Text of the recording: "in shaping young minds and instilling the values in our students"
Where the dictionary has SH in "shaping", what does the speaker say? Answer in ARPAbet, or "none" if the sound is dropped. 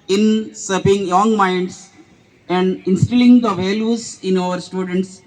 S